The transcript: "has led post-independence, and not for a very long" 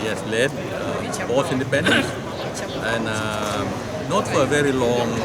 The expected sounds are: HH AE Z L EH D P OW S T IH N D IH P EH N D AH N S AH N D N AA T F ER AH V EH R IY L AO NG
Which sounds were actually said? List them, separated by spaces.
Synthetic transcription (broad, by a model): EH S L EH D B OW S IH N D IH P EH N D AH N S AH N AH N AA T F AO AH V EH R IY L AO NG